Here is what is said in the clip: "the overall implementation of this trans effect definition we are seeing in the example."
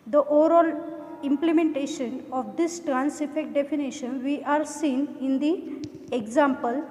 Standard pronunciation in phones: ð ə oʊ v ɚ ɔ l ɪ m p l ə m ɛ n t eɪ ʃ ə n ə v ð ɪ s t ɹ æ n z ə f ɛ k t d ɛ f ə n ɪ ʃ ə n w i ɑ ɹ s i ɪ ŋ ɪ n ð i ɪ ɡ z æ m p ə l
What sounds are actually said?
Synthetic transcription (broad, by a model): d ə oʊ v ɚ ɔ l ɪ m p l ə m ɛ n t eɪ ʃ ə n ə v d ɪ s t ɹ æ n s ə f ɛ k t d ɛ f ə n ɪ ʃ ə n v i ɑ ɹ s i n ɪ n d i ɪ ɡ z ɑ m p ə l